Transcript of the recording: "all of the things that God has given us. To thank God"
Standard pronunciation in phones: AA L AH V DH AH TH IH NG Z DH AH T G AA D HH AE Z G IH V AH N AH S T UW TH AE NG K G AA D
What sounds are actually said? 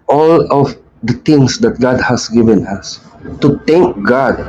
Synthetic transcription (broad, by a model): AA L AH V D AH T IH NG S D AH T G AA D HH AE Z G IH V AH N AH S T UW T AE NG K G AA D